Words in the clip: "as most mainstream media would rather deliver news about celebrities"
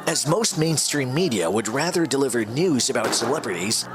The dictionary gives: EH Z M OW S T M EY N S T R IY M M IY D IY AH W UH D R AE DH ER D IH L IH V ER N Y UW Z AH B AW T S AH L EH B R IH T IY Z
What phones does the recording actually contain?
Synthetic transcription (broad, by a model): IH Z M OW S T M EY N S T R IY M M IY D IY AH W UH D R AE DH ER D IH L IH V ER N Y UW Z AH B AW T S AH L EH B R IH T IY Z